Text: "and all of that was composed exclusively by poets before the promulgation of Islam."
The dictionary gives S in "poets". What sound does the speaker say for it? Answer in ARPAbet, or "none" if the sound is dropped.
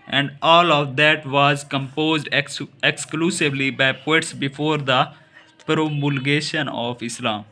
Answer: S